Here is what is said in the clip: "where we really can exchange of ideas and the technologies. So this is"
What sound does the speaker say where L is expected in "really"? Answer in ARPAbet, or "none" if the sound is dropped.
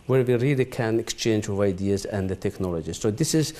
L